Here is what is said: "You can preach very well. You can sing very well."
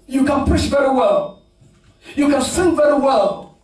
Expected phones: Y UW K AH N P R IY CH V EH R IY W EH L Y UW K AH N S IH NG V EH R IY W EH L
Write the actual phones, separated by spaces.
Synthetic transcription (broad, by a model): Y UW K AH N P UH SH V EH R IY W EH L Y UW K AH N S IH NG V EH R IY W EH L